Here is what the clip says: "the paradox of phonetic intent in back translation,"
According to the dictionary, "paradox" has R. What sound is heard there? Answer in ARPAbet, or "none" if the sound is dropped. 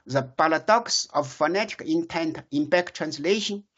L